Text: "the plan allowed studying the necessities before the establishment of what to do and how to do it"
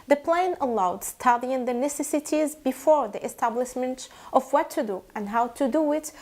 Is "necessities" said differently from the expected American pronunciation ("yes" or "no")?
no